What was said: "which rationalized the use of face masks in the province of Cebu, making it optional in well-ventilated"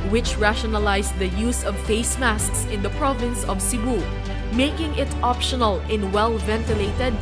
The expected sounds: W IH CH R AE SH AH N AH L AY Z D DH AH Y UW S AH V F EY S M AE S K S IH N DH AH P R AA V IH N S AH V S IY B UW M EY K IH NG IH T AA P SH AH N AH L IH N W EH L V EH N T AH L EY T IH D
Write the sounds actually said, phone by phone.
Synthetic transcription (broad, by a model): W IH CH R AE SH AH N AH L AY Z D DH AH Y UW S AH V F EY S M AE S K S IH N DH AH P R AA V IH N S AH V S IY B UW M EY K IH NG IH T AA P SH AH N AH L IH N W EH L V EH N T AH L EY T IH D